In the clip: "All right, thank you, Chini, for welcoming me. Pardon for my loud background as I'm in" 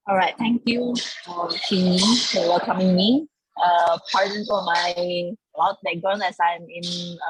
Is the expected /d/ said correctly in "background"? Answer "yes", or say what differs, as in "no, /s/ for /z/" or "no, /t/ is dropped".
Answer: no, /d/ is dropped